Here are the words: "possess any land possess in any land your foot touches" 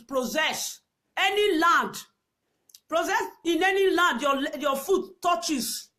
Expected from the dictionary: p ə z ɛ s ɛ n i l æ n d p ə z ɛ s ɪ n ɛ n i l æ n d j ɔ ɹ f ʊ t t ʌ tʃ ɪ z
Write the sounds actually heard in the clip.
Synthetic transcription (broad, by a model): p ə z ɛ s ɛ n i l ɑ n d p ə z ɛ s ɪ n ɛ n i l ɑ n d j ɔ l f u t t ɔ tʃ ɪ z